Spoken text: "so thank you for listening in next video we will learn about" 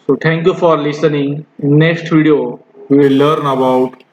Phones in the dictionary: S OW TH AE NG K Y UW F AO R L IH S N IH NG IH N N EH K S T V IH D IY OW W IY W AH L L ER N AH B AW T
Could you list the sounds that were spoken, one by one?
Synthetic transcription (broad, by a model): S OW T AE NG K Y UW F AO R L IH S N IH NG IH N N EH K S T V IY D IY OW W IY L L ER N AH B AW T